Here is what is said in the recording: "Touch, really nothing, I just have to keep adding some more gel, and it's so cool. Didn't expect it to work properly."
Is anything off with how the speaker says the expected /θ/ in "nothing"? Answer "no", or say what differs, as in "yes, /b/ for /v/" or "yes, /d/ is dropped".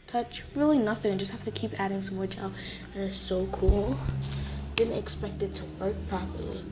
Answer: no